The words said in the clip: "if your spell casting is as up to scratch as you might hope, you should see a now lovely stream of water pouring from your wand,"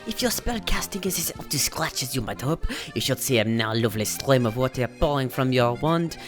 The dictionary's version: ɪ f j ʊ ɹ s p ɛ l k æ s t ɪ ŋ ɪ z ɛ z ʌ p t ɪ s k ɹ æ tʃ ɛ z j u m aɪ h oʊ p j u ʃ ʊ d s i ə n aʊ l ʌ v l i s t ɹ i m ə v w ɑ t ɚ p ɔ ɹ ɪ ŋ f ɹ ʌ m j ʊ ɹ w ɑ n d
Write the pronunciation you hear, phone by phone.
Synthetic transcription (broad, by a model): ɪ f j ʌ ɹ s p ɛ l k æ s t ɪ ŋ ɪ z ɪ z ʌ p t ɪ s k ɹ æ tʃ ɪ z j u m aɪ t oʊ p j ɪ ʃ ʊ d s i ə n aʊ l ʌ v l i s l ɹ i m ə v w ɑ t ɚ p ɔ l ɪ ŋ f ɹ ʌ m j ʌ ɹ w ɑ n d